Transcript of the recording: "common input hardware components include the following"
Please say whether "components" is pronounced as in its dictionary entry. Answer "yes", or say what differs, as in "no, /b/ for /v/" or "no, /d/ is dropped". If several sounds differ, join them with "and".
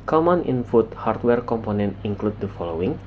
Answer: no, /s/ is dropped